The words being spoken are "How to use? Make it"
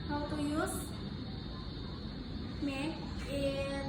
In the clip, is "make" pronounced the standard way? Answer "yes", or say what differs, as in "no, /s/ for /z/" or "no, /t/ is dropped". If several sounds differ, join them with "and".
no, /k/ is dropped